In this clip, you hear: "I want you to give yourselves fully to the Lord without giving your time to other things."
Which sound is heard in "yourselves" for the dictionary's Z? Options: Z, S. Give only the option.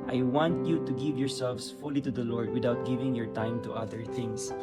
S